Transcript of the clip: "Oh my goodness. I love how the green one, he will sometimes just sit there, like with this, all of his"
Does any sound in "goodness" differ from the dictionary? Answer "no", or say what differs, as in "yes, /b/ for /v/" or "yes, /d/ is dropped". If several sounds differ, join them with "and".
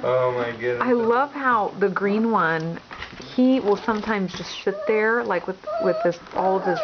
yes, /s/ is dropped